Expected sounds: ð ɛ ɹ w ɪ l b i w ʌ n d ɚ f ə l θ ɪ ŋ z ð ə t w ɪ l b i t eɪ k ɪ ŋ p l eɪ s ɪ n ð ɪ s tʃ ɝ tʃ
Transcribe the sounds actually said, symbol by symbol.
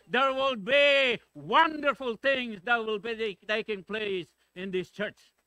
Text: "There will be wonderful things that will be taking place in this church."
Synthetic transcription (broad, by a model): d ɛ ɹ w ɪ l b i w ʌ n d ɚ f ə l t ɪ ŋ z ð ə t w ɪ l b i t eɪ k ɪ ŋ p l eɪ s ɪ n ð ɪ s tʃ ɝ tʃ